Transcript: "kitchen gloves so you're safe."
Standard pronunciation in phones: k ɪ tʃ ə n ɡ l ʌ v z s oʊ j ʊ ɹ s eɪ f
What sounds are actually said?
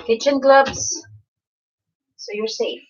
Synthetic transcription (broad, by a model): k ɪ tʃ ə n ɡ l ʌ b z s oʊ j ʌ ɹ s eɪ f